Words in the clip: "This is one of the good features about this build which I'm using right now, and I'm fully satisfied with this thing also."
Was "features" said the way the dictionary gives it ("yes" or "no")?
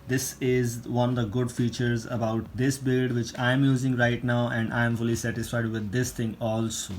yes